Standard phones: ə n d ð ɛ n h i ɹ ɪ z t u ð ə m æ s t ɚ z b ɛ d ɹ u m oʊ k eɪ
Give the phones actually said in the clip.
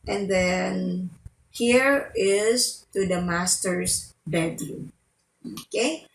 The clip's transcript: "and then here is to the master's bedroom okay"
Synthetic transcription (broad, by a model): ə n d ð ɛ n h i ɹ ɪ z t u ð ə m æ s t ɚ s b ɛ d u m oʊ k eɪ